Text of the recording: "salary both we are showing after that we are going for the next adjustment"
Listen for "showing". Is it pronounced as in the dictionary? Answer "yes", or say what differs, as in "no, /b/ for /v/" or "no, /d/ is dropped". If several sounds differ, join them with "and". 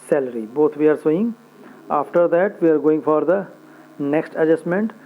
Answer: no, /s/ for /ʃ/